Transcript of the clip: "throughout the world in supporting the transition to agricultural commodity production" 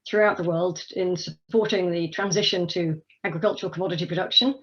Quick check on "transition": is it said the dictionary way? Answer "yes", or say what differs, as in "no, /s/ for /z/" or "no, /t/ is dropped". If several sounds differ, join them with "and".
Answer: yes